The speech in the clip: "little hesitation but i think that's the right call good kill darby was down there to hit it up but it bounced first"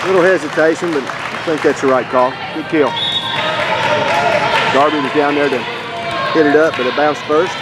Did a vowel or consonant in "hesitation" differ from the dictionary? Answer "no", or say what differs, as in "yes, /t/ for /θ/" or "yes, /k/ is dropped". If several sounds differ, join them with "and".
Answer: no